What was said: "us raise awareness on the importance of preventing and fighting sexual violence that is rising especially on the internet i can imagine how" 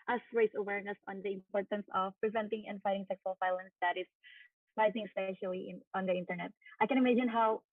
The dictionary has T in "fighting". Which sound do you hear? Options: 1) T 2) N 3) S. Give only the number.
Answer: 1